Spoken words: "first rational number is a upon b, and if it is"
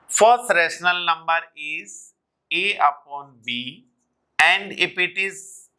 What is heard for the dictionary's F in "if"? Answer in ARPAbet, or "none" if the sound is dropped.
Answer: P